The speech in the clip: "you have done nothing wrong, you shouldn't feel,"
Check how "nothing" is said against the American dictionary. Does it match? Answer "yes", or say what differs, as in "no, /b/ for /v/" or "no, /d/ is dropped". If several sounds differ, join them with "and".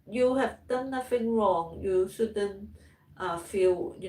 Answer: no, /f/ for /θ/